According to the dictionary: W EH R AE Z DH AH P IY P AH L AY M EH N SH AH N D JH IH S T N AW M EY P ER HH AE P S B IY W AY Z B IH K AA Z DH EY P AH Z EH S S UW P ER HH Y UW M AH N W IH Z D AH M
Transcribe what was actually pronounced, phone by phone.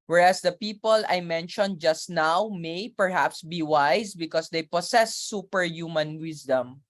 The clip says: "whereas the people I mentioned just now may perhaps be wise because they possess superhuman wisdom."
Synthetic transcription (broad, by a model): W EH R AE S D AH P IY P AH L AY M EH N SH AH N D JH IH S T N AW M EY P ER HH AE P S B IY W AY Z B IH K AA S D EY P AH S EH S S UW P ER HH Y UW M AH N W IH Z D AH M